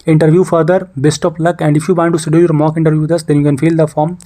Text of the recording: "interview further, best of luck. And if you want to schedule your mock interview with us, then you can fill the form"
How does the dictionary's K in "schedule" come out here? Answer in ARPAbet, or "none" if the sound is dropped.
none